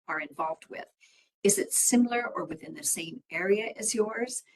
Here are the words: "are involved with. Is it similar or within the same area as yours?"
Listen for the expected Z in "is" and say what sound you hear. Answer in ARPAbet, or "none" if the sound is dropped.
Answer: Z